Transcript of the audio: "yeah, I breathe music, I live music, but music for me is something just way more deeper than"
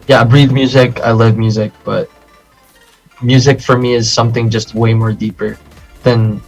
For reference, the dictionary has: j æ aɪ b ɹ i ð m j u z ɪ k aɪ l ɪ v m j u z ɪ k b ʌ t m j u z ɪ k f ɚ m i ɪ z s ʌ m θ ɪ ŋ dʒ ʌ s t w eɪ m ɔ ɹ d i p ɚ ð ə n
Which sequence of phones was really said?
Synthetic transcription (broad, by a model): j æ aɪ b ɹ i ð m j u z ɪ k aɪ l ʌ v m j u z ɪ k b ʌ t m j u z ɪ k f ɚ m i ɪ z s ʌ m θ ɪ ŋ dʒ ʌ s t w eɪ m ɔ ɹ d i p ɚ ð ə n